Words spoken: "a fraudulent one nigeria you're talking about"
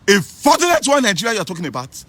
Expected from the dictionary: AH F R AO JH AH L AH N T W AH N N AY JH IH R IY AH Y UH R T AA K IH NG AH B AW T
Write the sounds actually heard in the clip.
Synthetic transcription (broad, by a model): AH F AO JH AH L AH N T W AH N N AY JH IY R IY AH Y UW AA T AA K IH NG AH B AW T